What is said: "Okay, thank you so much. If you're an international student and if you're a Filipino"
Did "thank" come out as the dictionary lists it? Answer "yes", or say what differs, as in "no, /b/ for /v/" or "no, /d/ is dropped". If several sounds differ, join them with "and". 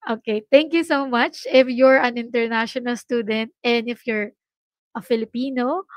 no, /t/ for /θ/